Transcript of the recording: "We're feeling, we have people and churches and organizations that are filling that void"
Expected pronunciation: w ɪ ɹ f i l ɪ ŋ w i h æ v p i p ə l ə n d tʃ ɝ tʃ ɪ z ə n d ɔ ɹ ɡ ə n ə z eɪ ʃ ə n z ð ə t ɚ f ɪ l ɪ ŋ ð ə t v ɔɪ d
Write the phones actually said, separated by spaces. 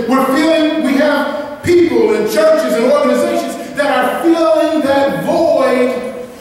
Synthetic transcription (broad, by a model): w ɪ ɹ f i l ɪ ŋ w i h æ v p i p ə l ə n tʃ ɝ tʃ ɪ z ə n ɔ ɹ ɡ ə n ə z eɪ ʃ ə n z ð ə t ɚ f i l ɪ ŋ ð ə t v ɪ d